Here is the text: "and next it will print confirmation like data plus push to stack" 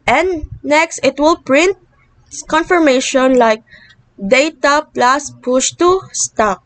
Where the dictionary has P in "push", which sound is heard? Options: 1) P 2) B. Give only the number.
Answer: 1